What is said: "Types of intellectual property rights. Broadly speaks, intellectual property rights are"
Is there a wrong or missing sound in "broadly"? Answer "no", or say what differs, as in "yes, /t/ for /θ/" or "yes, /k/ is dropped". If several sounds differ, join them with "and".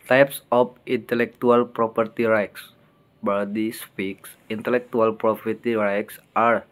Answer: yes, /ɹ/ is dropped and /l/ is dropped